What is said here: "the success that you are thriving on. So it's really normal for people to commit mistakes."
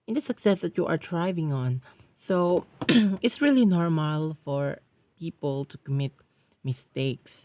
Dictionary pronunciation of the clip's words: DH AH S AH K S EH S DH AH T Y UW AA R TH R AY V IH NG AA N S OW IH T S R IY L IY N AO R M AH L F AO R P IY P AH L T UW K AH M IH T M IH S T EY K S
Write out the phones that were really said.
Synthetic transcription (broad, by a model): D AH S AH K S EH S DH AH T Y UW AA R T R AY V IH NG AA N S OW IH T S R IY L IY N AO R M AH L F AO R P IY P AH L T UW K AH M IH T M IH S T EY K S